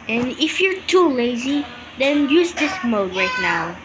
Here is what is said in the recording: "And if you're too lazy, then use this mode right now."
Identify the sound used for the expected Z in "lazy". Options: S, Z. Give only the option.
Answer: Z